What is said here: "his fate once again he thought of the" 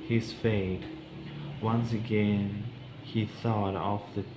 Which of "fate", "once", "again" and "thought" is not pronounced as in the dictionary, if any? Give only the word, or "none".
none